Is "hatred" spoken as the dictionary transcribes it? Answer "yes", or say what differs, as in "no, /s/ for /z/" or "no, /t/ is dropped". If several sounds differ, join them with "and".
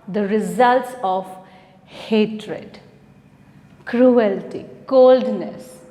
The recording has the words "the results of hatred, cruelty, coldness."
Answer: yes